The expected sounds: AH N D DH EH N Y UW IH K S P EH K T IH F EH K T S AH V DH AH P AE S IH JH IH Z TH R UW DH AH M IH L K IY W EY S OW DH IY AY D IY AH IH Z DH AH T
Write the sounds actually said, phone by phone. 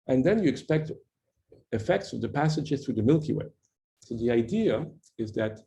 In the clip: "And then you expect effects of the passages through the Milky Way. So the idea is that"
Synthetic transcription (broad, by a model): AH N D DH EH N Y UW IH K S P EH K T IH F EH K T S AH V DH AH P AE S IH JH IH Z TH R UW DH AH M IH L K IY W EY S OW DH IY AY D IY AH IH Z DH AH T